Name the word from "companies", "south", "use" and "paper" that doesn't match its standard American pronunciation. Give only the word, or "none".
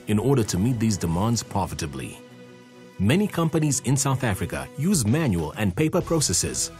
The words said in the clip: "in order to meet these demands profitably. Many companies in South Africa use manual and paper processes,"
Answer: none